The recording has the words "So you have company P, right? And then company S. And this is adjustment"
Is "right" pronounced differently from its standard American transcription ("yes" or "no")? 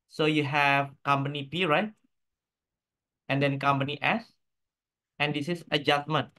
no